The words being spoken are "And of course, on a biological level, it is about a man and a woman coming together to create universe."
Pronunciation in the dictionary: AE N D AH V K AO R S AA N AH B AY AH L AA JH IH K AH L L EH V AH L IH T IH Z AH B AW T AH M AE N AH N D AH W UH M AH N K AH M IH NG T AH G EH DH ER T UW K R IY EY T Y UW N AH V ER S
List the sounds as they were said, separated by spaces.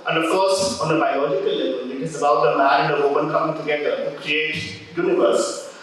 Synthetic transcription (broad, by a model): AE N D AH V K AO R S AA N AH B AY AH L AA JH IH K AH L L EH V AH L IH T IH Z AH B AW T AH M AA AH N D AH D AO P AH N K AH M IH NG T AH G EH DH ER T UW K R IY EY T Y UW N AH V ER S